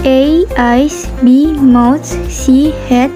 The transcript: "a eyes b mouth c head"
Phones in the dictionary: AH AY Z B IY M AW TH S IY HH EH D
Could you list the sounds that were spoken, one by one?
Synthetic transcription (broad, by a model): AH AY S B IY M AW T S IY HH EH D